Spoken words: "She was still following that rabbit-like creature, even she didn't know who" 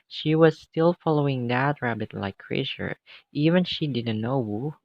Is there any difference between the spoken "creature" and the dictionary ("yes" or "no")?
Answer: yes